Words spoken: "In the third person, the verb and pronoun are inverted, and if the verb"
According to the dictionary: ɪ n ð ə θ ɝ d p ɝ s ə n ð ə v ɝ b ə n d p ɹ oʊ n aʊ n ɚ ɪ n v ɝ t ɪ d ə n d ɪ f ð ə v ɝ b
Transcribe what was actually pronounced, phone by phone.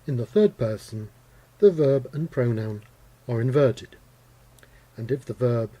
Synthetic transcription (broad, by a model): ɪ n ð ə θ ɝ d p ɝ s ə n ð ə v ɝ b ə n p ɹ oʊ n aʊ n ɚ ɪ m v ɝ t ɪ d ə n ɪ f ð ə v ɝ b